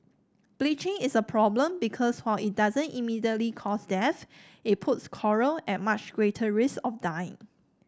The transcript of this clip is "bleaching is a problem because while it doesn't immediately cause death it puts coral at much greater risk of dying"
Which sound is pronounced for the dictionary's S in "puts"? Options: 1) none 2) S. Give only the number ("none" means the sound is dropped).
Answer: 2